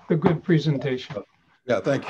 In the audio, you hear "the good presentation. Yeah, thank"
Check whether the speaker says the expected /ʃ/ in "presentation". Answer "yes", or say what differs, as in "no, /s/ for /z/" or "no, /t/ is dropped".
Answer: no, /ʃ/ is dropped